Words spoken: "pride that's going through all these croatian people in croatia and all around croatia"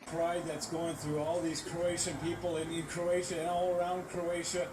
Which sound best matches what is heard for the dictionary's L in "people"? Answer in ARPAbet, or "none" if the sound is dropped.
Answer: N